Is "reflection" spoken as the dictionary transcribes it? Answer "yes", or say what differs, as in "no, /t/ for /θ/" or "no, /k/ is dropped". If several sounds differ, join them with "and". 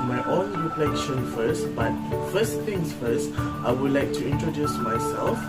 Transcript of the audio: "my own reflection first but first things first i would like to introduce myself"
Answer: no, /p/ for /f/